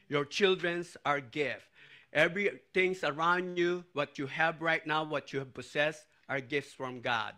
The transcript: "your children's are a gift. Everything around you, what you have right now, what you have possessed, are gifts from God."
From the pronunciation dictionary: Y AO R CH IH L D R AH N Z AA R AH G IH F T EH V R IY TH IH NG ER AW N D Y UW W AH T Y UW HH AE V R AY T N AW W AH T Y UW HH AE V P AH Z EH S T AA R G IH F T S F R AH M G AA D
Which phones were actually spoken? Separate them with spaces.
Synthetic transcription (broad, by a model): Y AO R CH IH L D R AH N S AA R G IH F T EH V R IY T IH NG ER AW N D Y UW W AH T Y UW HH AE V R AY T N AW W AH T Y UW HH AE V P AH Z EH S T AA R G IH F T S F R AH M G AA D